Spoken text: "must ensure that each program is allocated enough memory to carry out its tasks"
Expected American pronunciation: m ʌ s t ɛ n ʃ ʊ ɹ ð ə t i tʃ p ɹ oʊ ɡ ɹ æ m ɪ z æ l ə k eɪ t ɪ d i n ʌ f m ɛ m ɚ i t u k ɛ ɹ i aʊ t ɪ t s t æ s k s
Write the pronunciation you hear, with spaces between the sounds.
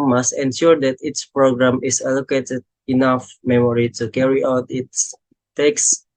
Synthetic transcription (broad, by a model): m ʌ s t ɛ n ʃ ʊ ɹ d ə t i s p ɹ oʊ ɡ ɹ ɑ m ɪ s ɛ l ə k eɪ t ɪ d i n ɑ f m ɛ m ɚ i t u k ɛ ɹ i aʊ t ɪ t s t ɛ k s